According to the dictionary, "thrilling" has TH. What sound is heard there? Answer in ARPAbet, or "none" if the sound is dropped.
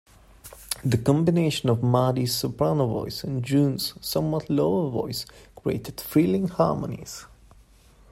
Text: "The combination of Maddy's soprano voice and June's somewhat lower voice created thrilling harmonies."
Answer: F